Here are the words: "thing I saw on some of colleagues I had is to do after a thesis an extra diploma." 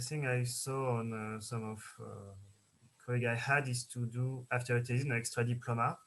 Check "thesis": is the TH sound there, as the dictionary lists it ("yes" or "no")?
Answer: no